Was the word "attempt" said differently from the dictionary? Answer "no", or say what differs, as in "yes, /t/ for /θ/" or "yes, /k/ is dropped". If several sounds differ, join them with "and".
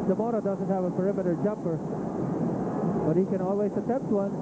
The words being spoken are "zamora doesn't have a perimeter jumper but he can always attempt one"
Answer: yes, /m/ is dropped